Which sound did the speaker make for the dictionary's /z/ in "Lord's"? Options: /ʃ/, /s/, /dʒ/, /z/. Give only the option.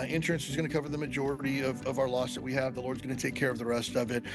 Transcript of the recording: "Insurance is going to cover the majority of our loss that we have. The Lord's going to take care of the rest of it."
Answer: /z/